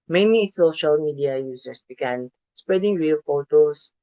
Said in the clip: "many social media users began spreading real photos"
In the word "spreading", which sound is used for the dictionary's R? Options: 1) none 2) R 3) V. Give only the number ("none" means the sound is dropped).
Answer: 2